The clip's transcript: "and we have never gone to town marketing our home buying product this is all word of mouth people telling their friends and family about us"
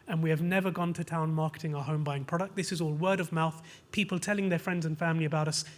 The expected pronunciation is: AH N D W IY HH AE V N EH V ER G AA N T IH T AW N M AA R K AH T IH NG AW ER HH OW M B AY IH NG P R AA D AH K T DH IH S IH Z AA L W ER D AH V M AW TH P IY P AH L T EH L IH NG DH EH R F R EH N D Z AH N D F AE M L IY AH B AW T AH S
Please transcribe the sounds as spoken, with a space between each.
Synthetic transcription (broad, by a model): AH N W IY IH V N EH V ER G AA N T IH T AW N M AA R K AH T IH NG AW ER HH OW M B AY IH NG P R AA D AH K T DH IH S IH Z AA L W ER D AH V M AW TH P IY P AH L T EH L IH NG DH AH R F R EH N D Z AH N F AE M L IY AH B AW T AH S